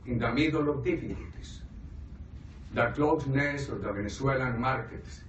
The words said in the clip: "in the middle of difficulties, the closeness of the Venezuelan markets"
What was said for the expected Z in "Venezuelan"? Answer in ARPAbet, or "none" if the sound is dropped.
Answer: S